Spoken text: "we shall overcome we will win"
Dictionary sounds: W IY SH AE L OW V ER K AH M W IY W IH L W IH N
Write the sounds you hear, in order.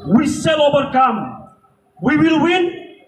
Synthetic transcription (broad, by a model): W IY S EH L OW V ER K AH M W IY W IH L W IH N